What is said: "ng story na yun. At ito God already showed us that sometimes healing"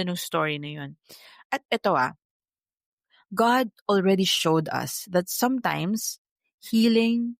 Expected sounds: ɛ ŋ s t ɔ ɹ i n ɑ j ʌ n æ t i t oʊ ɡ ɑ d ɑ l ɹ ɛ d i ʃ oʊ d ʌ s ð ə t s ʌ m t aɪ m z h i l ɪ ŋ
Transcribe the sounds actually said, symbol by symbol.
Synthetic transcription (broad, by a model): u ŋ s t ɔ ɹ i n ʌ j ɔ n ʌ t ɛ t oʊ ɡ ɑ d ɑ l ɹ ɛ d i ʃ oʊ d ʌ s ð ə t s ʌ m t aɪ m s h i l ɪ ŋ